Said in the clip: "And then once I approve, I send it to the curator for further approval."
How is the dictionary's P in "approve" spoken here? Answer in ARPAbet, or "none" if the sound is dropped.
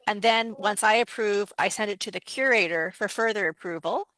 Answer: P